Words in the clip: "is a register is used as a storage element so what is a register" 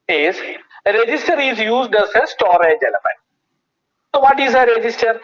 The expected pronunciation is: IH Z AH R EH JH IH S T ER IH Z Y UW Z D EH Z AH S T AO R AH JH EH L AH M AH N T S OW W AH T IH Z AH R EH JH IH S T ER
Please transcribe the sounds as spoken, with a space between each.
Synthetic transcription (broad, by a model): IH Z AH R EH JH IH S T ER IH Z Y UW Z D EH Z AH S T AO R AH JH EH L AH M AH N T S OW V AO T IH Z AH R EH JH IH S T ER